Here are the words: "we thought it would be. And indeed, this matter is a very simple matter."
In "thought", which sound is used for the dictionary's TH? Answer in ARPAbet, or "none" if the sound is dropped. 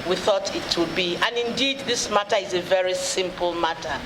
TH